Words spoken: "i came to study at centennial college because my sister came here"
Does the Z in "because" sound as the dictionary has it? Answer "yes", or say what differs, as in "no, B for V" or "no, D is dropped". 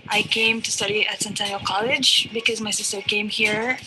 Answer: yes